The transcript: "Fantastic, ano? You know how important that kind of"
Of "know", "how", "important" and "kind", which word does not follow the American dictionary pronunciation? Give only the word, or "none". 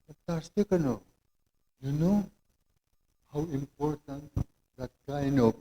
kind